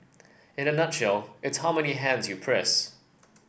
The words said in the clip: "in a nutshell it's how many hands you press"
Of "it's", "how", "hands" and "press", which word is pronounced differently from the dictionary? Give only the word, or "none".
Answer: none